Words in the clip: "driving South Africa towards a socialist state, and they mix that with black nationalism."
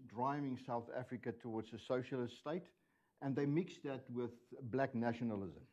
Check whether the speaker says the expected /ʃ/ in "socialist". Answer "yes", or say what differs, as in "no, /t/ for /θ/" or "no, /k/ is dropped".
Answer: yes